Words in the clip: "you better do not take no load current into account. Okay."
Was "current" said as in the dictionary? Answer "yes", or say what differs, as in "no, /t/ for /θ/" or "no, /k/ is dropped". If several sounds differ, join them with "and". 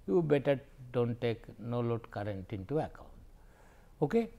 yes